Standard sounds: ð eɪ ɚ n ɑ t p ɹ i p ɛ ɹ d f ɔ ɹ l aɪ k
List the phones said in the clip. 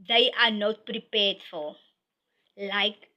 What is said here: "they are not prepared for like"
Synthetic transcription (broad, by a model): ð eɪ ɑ n ɑ t p ɹ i p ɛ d f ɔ l l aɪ k